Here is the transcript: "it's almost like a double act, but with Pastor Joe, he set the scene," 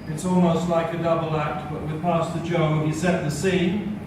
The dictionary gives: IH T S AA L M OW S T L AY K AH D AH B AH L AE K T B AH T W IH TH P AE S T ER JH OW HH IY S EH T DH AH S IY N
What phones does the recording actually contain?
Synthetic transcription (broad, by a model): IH T S AA L M OW S T L AY K AH D AH B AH L AE K T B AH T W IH P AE S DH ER JH OW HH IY S EH T DH AH S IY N